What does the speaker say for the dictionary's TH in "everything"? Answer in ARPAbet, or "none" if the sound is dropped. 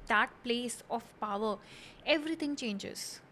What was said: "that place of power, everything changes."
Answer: T